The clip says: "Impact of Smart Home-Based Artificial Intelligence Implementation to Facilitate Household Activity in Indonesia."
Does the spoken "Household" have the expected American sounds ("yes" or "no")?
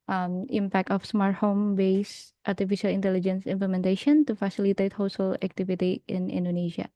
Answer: no